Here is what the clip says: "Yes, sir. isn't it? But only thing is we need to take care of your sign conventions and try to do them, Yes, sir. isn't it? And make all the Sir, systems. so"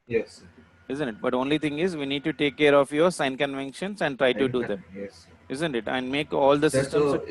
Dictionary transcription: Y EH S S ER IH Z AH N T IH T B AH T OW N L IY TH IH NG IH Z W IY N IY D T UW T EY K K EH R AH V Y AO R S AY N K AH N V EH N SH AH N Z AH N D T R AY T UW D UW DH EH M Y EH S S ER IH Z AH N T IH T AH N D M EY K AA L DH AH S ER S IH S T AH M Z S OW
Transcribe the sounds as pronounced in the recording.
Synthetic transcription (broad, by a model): Y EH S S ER IH Z AH N T IH T B AH T OW N L IY T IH NG IH Z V IY N IY D T UW T EY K K EH R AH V Y AO R S AY N K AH N V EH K SH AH N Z AH N D T R AY T UW D UW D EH M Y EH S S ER IH Z AH N T IH T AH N D M EY K AA L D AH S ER S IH S T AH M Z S